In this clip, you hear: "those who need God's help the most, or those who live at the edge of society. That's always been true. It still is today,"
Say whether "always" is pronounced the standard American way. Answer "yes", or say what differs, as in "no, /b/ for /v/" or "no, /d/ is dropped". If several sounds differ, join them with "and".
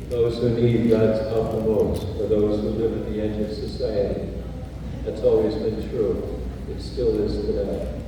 yes